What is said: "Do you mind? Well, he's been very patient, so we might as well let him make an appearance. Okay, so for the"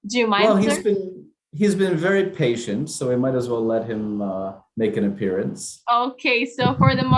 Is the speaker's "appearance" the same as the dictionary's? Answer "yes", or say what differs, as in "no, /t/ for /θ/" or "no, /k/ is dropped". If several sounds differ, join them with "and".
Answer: yes